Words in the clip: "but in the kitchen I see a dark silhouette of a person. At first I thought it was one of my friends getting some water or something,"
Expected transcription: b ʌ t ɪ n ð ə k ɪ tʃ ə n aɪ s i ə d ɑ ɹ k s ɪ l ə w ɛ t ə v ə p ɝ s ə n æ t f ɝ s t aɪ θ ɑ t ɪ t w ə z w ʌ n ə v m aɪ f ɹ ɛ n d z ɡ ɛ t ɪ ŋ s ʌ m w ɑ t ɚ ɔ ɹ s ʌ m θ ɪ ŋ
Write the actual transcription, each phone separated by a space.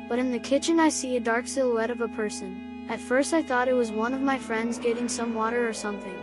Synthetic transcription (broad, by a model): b ʌ t ɪ n ð ə k ɪ tʃ ə n aɪ s i ə d ɑ ɹ k s ɪ l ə ɛ t ə v ə p ɝ s ə n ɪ t f ɝ s t aɪ θ ɑ t ɪ t w ə z w ʌ n ə v m aɪ f ɹ ɛ n d z ɡ ɛ t ɪ ŋ s ʌ m w ɑ t ɚ ɹ s ʌ m θ ɪ ŋ